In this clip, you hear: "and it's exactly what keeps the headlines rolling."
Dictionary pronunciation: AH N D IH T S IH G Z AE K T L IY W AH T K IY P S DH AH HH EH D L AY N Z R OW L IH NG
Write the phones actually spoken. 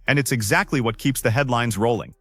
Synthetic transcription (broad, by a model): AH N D IH T S IH G Z AE K T L IY W AH T K IY P S DH AH HH EH D L AY N Z R OW L IH NG